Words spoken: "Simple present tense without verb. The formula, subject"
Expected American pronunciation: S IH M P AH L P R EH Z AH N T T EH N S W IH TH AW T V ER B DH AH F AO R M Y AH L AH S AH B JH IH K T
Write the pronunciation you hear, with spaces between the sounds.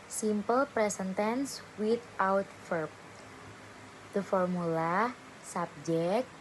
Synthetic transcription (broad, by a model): S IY M P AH L P R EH S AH N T T EH N S W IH T AW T F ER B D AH F AO R M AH L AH S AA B JH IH K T